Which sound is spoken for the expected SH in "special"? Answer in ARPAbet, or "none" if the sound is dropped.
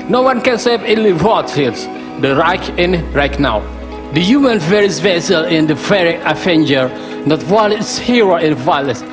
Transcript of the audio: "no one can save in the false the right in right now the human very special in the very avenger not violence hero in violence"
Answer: S